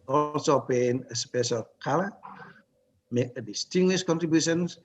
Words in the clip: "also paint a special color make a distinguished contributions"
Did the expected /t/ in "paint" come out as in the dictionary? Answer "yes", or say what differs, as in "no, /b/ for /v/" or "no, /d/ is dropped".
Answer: no, /t/ is dropped